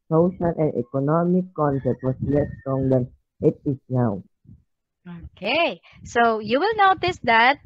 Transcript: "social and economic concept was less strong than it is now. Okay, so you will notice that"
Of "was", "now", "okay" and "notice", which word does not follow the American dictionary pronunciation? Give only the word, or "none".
was